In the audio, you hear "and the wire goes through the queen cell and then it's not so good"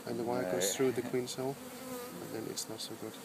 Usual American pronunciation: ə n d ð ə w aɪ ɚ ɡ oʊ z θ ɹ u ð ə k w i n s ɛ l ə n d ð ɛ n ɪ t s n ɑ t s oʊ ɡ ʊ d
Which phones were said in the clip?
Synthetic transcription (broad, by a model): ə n ð ə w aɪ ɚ ɡ oʊ z θ ɹ u ð ə k w i n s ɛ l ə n ð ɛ n ɪ t s n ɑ t s oʊ ɡ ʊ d